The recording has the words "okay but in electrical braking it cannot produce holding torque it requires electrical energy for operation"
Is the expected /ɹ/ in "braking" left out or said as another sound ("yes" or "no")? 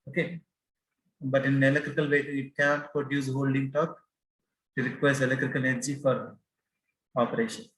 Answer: yes